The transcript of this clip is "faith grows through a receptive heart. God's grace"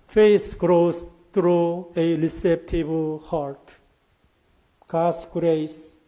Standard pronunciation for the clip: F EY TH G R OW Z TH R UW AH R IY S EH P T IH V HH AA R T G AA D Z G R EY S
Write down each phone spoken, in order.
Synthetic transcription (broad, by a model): F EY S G R OW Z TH R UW AH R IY S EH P T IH B HH AA R T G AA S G R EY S